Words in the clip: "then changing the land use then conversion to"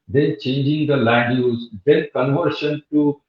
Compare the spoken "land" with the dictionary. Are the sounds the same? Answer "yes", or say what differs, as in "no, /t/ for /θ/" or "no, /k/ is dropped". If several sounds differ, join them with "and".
no, /n/ is dropped